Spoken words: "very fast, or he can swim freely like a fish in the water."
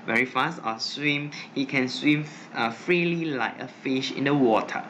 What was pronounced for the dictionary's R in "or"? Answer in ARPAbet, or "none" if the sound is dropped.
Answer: W